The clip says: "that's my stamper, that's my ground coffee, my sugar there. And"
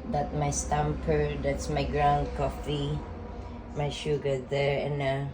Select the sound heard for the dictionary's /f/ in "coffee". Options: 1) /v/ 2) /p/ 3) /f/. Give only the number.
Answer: 3